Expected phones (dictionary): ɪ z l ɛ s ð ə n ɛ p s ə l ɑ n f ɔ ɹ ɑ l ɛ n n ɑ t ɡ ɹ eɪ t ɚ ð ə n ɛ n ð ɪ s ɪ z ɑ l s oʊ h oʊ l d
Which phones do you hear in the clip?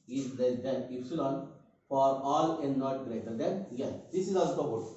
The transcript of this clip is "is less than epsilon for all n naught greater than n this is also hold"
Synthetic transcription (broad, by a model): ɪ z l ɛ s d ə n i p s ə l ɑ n f ɔ ɹ ɑ l ɛ n n ɑ t ɡ ɹ eɪ t ɚ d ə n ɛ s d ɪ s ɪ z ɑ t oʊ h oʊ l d